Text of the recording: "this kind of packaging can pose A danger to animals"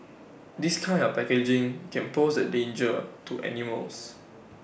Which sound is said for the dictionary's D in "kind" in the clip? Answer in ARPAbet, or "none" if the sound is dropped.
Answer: none